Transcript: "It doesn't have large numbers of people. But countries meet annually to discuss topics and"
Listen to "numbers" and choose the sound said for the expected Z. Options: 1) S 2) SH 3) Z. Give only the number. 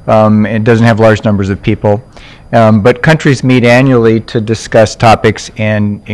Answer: 3